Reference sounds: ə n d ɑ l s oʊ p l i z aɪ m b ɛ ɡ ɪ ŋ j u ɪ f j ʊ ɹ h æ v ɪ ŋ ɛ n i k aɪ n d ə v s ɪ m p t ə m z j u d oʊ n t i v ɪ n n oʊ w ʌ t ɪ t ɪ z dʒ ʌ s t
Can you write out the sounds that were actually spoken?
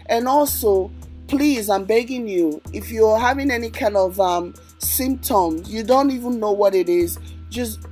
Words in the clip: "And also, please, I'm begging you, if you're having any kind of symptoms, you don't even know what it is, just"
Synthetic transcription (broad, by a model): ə n ɑ l s oʊ p l i z aɪ m b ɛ ɡ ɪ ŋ j u ɪ f j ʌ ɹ h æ v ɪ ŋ ɛ n i k aɪ n d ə v s ɪ m p t ə m z j u d oʊ n t i v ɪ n n oʊ w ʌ t ɪ t ɪ z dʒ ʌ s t